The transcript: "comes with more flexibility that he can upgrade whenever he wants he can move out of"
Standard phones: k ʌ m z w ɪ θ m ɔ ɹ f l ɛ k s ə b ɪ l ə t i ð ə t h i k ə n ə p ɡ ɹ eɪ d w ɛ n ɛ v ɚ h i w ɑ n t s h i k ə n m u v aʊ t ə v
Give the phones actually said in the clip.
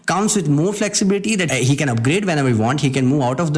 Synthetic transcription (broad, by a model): k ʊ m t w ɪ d m ɔ ɹ f l ɛ k s ə b ɪ l ə t i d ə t h i k ə n ə p ɡ ɹ eɪ d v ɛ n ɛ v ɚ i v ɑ n t h i k ə n m u v aʊ t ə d